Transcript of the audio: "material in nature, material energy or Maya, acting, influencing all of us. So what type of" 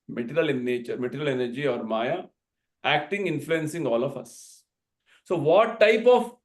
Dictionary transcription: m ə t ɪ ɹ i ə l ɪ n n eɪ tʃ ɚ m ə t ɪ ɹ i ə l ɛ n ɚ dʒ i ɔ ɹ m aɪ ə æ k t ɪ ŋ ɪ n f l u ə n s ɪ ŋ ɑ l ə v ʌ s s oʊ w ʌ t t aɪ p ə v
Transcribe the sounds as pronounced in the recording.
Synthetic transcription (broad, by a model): m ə t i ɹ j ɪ l n eɪ tʃ ɚ m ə t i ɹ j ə l ɛ n ɚ dʒ i ɔ ɹ m aɪ ə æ k t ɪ ŋ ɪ n f l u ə n s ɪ ŋ ɑ l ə f ʌ s s oʊ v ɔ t t aɪ p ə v